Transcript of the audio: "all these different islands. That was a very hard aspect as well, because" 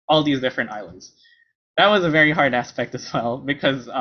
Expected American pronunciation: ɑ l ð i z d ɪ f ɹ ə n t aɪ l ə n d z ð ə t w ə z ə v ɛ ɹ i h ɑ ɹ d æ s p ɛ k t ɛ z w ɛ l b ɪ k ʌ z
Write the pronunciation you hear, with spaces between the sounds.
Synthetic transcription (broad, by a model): ɑ l ð i z d ɪ f ɹ ə n t aɪ l ə n d z ð ə t w ə z ə v ɛ ɹ i h ɑ ɹ d æ s p ɛ k t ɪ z w ɛ l b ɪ k ʌ z